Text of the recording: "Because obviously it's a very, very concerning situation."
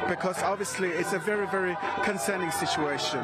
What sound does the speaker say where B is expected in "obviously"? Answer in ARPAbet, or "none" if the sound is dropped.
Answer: B